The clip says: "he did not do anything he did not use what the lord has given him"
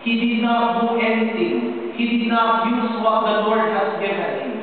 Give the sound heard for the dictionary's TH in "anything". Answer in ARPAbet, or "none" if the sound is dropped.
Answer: T